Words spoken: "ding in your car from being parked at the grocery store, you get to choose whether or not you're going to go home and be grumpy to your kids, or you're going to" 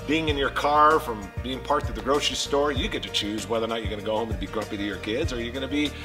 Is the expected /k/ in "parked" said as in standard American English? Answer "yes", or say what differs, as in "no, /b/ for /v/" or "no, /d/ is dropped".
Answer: no, /k/ is dropped